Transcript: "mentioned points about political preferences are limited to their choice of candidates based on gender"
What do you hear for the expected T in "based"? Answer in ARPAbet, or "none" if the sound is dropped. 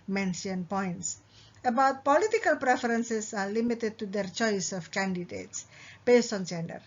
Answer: T